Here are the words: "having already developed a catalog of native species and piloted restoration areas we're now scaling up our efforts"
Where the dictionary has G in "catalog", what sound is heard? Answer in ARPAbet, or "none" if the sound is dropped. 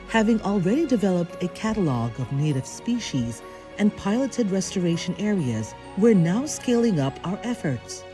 G